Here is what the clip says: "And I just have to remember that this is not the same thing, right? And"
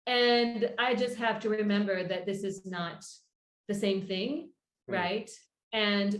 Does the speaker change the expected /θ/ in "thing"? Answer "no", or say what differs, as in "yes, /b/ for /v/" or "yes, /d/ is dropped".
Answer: no